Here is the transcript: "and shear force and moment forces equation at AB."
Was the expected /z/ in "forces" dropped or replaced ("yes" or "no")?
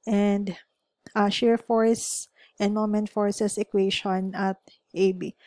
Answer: yes